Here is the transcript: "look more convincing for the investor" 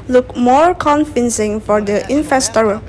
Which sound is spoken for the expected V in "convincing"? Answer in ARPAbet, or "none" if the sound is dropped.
F